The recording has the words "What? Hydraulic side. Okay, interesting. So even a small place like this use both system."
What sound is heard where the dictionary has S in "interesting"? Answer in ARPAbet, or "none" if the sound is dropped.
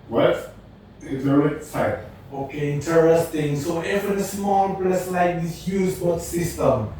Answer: S